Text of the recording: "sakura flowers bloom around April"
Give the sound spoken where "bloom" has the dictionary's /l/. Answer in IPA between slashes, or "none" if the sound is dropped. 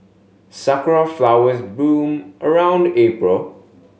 none